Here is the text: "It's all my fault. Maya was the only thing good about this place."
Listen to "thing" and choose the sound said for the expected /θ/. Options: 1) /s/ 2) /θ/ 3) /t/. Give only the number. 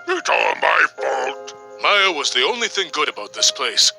2